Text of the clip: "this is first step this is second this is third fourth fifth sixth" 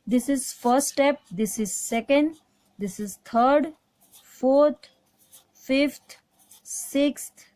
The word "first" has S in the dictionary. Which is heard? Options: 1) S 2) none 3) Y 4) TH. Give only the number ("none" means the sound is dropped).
2